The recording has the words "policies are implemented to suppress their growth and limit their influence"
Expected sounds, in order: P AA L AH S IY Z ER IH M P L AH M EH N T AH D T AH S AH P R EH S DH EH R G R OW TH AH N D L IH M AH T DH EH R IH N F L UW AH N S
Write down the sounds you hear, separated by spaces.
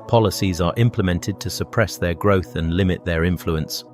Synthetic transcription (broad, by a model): P AA L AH S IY Z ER IH M P L AH M EH N T AH D T AH S AH P R EH S DH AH G R OW TH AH N L IH M AH T DH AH R IH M F L UW AH N S